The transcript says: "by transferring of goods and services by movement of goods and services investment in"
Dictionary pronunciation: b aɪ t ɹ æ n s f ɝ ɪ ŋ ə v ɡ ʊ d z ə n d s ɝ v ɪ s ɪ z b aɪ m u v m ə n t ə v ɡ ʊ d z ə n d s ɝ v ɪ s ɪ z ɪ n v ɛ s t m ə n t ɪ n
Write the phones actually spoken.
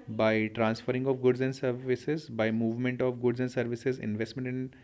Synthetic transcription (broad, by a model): b aɪ t ɹ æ n s f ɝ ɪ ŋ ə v ɡ ʊ d z ə n d s ɝ v ɪ s ɪ z b aɪ m u v m ə n t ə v ɡ ʊ d z ə n d s ɝ v ɪ s ɪ z ɪ n v ɛ s t m ə n t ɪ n